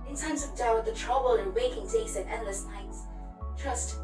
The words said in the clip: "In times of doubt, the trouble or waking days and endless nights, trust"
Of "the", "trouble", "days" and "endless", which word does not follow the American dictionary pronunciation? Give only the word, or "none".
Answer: days